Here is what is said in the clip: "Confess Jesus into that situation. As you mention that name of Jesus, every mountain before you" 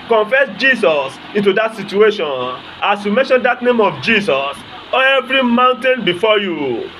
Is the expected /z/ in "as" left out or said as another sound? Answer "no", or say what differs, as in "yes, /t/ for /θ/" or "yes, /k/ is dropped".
yes, /s/ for /z/